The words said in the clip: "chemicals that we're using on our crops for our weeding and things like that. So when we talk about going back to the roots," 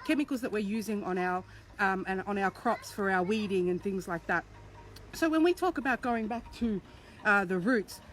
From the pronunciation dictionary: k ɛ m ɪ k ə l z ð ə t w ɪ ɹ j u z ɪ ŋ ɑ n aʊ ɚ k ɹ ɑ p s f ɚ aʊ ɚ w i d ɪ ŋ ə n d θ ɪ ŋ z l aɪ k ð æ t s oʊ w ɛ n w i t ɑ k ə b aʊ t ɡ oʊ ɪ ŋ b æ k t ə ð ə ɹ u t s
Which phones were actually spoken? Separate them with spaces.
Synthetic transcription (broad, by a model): k ɛ m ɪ k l z ð ə t w ɪ ɹ j u z ɪ ŋ ɑ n aʊ ɚ k ɹ ɑ p s f ɚ aʊ ɚ w i d ɪ ŋ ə n θ ɪ ŋ z l aɪ k ð æ t s oʊ w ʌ n w i t ɑ k ə b aʊ t ɡ oʊ ɪ ŋ b æ k t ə ð ə ɹ u t s